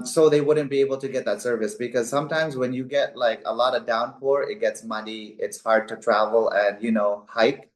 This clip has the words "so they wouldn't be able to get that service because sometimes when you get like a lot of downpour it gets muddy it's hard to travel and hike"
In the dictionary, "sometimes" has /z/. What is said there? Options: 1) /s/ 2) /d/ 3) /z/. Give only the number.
3